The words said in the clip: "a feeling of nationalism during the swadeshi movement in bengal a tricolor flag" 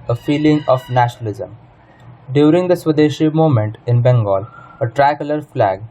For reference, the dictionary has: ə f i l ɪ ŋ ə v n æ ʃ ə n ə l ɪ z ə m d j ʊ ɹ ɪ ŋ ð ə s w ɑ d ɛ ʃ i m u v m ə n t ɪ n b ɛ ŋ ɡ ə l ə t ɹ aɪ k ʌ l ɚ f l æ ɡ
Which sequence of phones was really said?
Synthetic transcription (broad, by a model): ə f i l ɪ ŋ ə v n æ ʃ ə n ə l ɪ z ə m d j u ɹ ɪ ŋ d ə s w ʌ d ɛ ʃ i m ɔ m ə n t ɪ n b ɛ ŋ ɡ ə l ə t ɹ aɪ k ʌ l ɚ f l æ ɡ